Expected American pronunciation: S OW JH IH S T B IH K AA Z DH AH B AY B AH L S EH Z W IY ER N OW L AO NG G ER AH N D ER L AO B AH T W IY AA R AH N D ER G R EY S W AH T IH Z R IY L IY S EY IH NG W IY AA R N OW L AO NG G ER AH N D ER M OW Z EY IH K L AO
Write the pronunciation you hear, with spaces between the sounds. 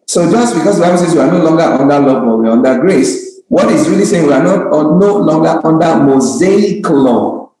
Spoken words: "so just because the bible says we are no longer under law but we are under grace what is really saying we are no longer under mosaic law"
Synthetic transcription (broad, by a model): S OW JH IH S T B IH K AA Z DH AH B AY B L S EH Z W IY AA N OW L AO NG G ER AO N D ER L AO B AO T W IY AA R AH N D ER G R EY S W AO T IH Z R IY L IY S EY IH NG W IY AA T N OW L AO NG G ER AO N D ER M OW Z EY IH K L AO